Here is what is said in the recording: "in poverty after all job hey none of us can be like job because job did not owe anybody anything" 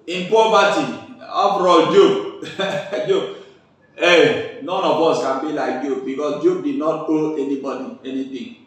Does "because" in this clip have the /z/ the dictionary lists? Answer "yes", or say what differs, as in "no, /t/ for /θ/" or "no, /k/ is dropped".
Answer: no, /s/ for /z/